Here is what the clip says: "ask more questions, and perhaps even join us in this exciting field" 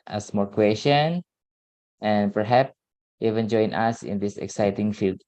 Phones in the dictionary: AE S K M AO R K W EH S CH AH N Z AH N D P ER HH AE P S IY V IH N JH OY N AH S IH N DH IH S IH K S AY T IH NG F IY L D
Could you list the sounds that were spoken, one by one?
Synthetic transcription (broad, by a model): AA S M AO R K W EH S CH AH N AH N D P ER HH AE P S IY V IH N JH OY N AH S IH N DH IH S IH K S AY T IH NG F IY L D